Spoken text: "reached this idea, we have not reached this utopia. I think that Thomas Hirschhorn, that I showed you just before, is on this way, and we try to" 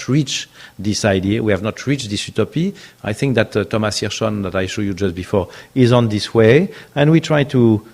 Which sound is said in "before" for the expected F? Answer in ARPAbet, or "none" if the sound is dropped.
F